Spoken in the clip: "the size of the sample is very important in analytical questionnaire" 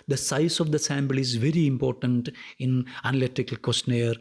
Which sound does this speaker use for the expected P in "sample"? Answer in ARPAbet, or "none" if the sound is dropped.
B